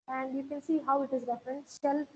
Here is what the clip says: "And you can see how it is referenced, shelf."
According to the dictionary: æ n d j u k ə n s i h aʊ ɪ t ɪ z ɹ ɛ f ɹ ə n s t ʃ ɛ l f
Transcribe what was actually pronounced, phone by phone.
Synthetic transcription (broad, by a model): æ n d j u k ə n s i h aʊ ɪ t ɪ z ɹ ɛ f ɹ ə n t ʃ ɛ l